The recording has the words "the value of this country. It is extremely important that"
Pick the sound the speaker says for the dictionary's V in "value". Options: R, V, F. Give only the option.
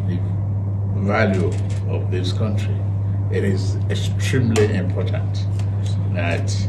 V